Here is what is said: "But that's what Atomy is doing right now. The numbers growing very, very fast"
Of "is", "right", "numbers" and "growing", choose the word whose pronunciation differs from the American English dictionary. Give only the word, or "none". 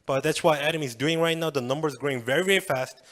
none